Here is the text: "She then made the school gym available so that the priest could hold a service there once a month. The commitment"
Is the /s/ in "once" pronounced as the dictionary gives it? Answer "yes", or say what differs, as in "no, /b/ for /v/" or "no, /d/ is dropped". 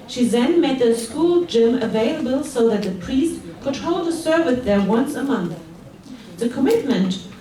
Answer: yes